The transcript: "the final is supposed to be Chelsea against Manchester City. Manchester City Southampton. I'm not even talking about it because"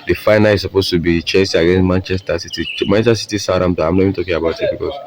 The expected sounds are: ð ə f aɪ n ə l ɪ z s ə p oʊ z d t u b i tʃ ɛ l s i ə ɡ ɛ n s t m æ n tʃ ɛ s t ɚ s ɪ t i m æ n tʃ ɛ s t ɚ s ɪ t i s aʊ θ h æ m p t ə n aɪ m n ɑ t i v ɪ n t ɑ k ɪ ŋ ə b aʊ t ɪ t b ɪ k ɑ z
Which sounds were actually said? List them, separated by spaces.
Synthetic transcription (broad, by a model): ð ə f aɪ n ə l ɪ s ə p oʊ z t u b i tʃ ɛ n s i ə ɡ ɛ n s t m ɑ n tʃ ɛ s t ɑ s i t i m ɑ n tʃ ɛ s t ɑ s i t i s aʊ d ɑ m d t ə aɪ m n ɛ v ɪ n t ɑ k ɪ ŋ ə b aʊ t ɪ t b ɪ k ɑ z